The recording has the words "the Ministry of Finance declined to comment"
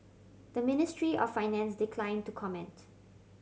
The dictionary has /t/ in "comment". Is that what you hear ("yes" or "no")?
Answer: yes